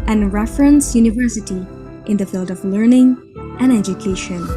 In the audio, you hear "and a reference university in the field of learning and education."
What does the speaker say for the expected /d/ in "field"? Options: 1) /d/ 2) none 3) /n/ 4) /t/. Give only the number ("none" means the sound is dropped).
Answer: 1